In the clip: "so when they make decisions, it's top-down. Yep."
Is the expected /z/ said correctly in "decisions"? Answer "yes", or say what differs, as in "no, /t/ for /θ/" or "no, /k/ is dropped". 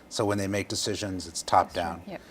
yes